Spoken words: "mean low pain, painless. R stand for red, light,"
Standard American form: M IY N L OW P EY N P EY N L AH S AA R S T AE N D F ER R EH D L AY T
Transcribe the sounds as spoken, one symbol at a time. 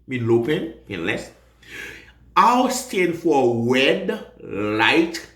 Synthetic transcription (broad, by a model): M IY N L OW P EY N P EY N L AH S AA W S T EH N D F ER W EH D L AY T